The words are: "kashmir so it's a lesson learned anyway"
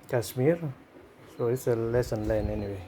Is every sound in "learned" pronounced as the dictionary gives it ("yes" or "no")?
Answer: no